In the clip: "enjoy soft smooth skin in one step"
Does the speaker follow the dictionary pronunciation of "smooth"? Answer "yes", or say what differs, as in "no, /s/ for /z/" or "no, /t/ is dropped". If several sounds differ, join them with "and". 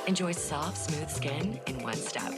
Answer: yes